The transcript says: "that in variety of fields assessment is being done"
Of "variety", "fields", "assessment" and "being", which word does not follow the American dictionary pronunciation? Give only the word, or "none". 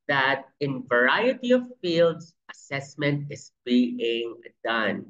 fields